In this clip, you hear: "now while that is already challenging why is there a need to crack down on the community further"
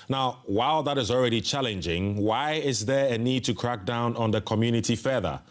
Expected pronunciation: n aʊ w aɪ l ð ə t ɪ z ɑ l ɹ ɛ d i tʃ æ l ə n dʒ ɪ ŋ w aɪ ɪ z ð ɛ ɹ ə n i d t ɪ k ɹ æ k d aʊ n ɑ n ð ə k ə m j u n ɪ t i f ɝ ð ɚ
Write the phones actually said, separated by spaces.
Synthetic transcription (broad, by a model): n aʊ w aɪ l ð ə t ɪ z ɑ l ɹ ɛ d i tʃ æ l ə n dʒ ɪ ŋ w aɪ ɪ z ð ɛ ɹ ə n i d t ɪ k ɹ æ k d aʊ n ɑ n ð ə k ə m j u n ɪ t i f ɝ ð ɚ